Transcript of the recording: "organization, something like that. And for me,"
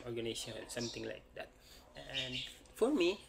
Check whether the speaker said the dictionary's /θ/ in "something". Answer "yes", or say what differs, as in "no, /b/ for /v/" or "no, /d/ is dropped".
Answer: no, /t/ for /θ/